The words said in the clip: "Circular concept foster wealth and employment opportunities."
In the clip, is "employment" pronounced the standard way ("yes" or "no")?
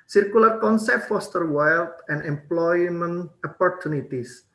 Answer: no